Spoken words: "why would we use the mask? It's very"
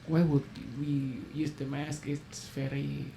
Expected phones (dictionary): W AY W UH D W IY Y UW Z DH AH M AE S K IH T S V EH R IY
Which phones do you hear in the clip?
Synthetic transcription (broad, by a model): W AY W UH D W IY Y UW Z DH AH M AE S K IH T S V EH R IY